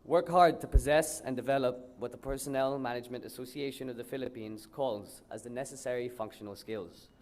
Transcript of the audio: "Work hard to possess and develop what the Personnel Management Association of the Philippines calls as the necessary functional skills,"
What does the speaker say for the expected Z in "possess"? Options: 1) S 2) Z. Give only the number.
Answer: 2